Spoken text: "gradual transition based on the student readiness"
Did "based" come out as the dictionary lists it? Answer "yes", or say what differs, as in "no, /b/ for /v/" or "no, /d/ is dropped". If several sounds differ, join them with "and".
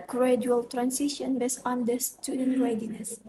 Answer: no, /t/ is dropped